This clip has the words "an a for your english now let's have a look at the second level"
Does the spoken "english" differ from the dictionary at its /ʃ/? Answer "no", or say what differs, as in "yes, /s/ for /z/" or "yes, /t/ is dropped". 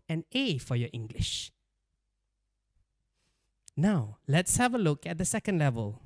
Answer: no